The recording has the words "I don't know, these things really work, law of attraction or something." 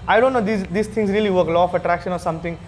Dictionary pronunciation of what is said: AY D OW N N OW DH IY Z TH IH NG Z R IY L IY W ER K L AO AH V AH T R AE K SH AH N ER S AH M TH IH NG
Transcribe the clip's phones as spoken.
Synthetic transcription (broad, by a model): AY D OW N N OW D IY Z S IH NG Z R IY L IY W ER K L AO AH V AH T R AE K SH AH N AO S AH M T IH NG